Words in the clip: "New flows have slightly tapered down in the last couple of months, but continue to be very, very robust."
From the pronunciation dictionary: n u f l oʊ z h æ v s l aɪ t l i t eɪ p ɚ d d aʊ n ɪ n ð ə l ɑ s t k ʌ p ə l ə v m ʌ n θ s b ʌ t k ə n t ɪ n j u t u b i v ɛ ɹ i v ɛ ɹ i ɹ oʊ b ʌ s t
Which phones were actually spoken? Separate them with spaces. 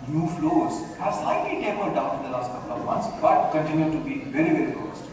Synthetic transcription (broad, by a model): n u f l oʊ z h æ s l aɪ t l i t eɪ ɚ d d aʊ n ɪ n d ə l ɑ s t k ʌ p ə l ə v m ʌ n t s b ʌ t k ə n t ɪ n j u t u b i v ɛ ɹ i v ɛ ɹ i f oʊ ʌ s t